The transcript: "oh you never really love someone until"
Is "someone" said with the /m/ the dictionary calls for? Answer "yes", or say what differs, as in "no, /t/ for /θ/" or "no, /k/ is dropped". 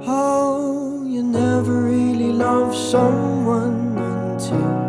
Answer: no, /m/ is dropped